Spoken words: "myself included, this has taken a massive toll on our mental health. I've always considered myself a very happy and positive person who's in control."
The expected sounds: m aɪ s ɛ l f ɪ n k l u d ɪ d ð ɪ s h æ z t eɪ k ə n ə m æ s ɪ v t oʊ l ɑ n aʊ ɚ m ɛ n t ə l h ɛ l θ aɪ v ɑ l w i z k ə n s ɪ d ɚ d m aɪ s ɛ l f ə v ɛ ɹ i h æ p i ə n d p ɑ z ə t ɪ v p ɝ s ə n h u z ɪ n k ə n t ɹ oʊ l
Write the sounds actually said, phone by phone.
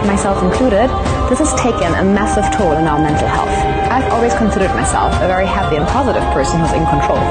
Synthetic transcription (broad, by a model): m aɪ s ɛ l f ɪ n k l u d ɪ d ð ɪ s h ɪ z t eɪ k ə n ə m æ s ɪ v t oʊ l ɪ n aʊ ɚ m ɛ n t l h ɛ l θ aɪ v ɑ l w i z k ə n s ɪ d ɚ d m aɪ s ɛ l f ə v ɛ ɹ i h æ p i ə n p ɑ z ə t ɪ v p ɝ s ə n h u z ɪ n k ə n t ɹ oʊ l